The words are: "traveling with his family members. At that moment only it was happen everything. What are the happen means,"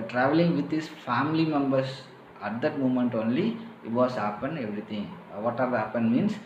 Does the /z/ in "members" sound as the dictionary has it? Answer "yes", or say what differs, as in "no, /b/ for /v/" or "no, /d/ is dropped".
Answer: no, /s/ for /z/